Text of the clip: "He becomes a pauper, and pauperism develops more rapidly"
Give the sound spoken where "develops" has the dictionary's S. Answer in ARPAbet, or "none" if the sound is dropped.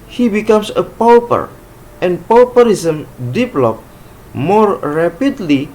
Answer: none